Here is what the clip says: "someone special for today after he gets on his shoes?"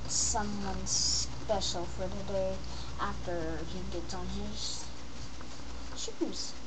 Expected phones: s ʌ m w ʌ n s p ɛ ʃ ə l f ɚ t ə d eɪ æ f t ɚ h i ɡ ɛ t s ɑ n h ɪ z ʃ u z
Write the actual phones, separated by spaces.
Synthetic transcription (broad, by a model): s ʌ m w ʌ n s p ɛ ʃ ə l f ɚ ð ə d eɪ æ f t ɚ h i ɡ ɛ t ɑ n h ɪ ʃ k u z